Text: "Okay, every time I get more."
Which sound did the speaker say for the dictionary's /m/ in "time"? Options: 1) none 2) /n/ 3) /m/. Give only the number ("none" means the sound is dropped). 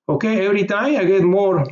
1